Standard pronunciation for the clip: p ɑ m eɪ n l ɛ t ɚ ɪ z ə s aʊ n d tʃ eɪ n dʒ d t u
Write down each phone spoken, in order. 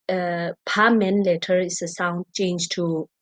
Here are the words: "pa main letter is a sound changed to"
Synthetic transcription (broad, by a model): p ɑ m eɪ n l ɛ t ɚ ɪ s ə s aʊ n d tʃ eɪ n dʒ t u